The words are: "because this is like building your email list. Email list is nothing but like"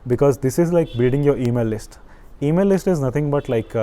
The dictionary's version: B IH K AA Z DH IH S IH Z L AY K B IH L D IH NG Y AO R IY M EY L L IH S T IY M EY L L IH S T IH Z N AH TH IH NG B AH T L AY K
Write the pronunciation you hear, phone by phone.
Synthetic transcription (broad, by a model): B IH K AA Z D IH S IH Z L AY K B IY D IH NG Y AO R IY M EY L L IH S T IY M EY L L IH S T IH Z N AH T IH NG B AH T L AY K